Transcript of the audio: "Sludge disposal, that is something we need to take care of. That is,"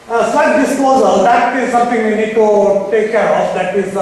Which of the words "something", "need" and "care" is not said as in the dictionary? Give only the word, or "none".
something